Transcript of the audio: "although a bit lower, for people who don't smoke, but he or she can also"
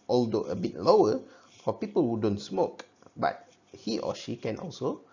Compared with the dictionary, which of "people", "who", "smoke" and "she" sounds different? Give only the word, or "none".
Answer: none